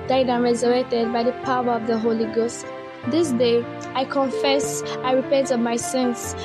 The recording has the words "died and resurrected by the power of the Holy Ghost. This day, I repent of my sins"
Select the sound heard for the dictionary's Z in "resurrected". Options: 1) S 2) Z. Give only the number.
2